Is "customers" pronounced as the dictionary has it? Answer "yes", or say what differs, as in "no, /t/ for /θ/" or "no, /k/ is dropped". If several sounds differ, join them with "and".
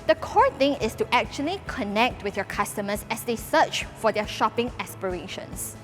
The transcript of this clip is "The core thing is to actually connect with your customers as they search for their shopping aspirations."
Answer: no, /s/ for /z/